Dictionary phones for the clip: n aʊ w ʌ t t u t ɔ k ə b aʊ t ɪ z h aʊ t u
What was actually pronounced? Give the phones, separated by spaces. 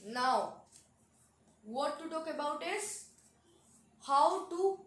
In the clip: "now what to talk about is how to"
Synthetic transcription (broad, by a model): n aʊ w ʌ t t u t ɔ k ə b aʊ t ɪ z h aʊ t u